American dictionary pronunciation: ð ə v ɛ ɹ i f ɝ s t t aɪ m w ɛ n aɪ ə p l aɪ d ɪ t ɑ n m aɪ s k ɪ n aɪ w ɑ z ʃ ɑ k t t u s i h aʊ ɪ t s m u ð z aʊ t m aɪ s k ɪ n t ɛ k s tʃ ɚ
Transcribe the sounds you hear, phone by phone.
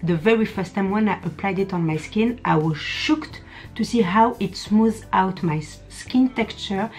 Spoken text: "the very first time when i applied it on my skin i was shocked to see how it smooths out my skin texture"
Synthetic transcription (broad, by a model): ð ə v ɛ ɹ i f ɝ s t t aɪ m w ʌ n aɪ ə p l aɪ d ɪ t ɑ n m aɪ s k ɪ n aɪ w ɑ z ʃ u k t t u s i h aʊ ɪ t s m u z aʊ t m aɪ s k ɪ n t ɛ k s tʃ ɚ